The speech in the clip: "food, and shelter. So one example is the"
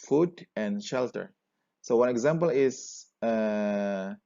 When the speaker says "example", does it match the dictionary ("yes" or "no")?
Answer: yes